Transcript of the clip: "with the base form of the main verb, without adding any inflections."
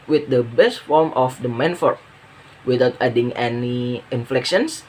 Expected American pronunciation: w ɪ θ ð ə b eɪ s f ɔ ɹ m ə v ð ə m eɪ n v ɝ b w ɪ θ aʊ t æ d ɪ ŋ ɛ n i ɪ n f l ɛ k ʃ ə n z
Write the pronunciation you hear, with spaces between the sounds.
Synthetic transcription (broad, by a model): w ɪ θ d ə b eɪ s f ɔ ɹ m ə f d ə m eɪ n f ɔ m w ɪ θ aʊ t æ d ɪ ŋ ɛ n i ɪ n f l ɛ k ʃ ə n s